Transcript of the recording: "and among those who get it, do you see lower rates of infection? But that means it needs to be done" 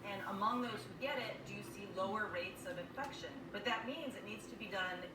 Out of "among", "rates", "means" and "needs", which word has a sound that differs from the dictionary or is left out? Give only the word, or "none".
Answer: none